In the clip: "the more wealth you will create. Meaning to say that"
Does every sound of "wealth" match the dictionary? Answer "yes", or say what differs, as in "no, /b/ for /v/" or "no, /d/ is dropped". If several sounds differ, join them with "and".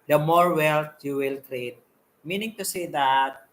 no, /t/ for /θ/